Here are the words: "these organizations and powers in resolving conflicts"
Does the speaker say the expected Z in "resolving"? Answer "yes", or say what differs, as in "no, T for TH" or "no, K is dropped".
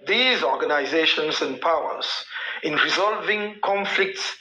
yes